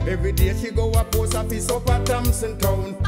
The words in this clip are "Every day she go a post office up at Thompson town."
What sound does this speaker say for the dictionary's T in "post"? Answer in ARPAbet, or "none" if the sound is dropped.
none